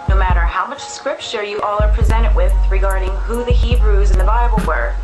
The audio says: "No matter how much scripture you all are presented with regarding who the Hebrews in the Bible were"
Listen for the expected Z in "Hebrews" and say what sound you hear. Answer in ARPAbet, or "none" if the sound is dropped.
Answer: Z